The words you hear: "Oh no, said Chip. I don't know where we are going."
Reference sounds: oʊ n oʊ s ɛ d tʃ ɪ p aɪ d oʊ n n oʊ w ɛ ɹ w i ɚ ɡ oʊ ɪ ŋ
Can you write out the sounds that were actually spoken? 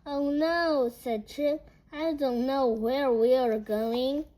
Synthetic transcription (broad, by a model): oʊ n oʊ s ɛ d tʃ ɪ aɪ d oʊ n n oʊ w ɛ ɹ w i ɚ ɡ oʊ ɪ ŋ